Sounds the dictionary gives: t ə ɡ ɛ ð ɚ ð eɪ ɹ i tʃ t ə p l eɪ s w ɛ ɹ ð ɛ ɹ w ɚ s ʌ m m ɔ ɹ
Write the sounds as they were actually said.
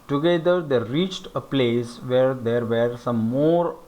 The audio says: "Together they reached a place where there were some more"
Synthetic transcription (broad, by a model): t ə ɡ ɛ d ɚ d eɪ ɹ i tʃ t ə p l eɪ s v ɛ ɹ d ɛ ɹ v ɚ s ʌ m m ɔ ɹ